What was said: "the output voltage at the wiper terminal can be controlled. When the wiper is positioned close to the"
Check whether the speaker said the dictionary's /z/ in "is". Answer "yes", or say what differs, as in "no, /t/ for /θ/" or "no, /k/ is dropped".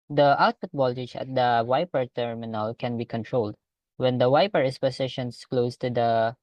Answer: no, /s/ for /z/